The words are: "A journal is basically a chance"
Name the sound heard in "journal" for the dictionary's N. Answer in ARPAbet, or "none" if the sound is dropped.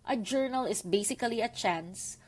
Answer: N